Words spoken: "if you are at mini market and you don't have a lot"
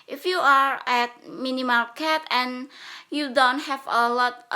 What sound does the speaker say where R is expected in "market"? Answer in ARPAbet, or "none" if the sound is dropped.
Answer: L